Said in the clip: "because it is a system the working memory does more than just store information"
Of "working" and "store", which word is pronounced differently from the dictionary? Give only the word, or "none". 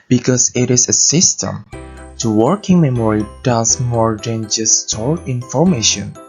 store